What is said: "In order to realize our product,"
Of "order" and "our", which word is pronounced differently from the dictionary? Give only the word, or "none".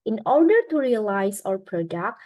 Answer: none